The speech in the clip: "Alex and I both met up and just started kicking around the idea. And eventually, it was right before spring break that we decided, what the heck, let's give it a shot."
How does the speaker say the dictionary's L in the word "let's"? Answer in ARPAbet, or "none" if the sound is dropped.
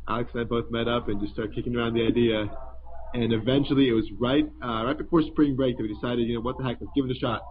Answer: W